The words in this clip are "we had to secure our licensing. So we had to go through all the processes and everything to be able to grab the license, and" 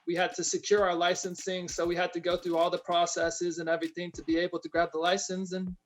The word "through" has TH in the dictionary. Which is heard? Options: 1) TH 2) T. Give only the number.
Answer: 1